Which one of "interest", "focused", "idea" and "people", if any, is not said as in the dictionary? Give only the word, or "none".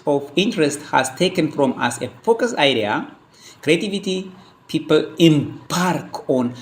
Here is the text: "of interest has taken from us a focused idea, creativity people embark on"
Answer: focused